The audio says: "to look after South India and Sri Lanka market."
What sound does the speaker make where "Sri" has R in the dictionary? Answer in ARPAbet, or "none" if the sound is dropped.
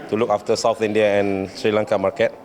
R